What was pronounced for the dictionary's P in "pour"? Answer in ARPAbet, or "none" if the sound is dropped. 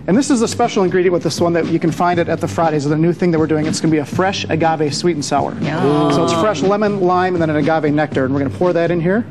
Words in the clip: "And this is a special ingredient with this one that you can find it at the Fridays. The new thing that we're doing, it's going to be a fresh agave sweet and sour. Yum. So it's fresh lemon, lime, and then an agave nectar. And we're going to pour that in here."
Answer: P